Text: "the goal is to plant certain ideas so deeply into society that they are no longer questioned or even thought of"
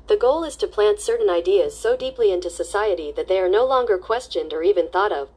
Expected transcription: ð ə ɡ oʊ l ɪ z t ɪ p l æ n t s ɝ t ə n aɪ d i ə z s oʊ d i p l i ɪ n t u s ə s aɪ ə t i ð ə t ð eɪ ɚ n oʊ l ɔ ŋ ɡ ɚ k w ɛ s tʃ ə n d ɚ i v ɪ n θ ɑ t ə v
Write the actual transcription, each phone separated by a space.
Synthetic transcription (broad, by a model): ð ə ɡ oʊ l ɪ z t ɪ p l æ n t s ɝ t n aɪ d i ə z s oʊ d i p l i ɪ n t u s ə s aɪ ə t i ð ə t ð eɪ ɚ n oʊ l ɔ ŋ ɡ ɚ k w ɛ s tʃ ə n d ɚ i v ɪ n θ ɑ t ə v